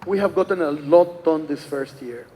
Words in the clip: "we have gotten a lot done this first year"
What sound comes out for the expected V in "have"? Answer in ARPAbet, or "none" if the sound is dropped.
V